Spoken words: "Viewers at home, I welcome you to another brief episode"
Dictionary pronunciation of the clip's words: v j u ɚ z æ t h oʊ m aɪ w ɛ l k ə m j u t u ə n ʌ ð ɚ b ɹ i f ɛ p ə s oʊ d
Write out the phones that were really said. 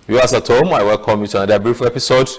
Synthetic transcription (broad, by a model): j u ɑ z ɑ t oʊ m aɪ w ɛ l k ə m j u t u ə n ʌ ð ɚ b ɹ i f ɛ p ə s oʊ d